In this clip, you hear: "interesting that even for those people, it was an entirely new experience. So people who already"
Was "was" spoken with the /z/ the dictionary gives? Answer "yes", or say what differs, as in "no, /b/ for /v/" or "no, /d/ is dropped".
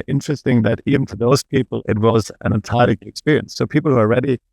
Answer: yes